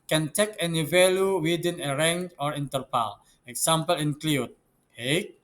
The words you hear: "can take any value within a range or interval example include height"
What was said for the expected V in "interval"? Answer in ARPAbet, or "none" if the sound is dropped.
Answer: P